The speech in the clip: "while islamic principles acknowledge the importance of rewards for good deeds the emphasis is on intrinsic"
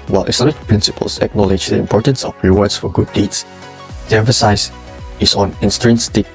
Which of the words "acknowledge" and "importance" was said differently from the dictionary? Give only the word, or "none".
none